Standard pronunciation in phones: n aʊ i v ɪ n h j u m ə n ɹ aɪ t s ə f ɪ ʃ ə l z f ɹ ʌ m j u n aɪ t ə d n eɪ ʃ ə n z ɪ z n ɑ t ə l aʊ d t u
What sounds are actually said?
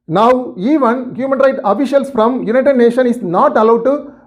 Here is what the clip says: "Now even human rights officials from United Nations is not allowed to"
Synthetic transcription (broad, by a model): n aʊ i v ɪ n h j u m ə n ɹ aɪ t ə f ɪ ʃ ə l s f ɹ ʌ m j u n aɪ t ə d n eɪ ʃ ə n ɪ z n ɑ t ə l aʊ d t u